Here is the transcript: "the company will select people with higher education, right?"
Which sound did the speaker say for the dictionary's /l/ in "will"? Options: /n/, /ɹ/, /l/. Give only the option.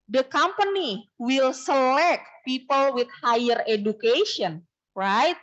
/l/